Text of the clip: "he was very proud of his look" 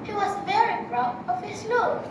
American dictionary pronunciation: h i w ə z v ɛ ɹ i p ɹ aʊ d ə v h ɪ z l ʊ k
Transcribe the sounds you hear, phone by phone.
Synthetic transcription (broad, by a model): h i w ə z v ɛ ɹ i b ɹ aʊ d ə v h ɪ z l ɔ